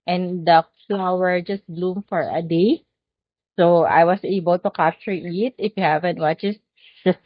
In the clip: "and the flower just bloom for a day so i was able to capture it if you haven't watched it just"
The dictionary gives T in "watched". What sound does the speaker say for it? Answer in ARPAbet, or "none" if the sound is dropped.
none